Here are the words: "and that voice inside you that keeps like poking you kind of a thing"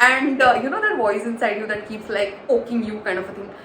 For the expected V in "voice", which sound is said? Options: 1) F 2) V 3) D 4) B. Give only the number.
4